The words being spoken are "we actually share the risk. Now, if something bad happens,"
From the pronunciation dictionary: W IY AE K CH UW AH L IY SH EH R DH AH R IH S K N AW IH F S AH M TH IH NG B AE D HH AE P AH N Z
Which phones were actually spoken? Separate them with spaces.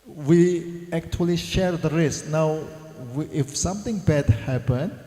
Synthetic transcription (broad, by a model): W IY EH K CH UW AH L IY SH EH R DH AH R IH S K N AW IH F S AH M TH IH NG B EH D HH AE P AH N